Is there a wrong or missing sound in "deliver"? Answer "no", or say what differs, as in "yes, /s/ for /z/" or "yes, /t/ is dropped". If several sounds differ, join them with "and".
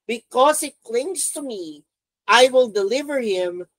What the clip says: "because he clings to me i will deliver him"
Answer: no